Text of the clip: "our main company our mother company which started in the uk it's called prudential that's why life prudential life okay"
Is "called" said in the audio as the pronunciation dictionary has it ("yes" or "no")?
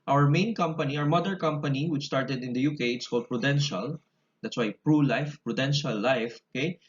no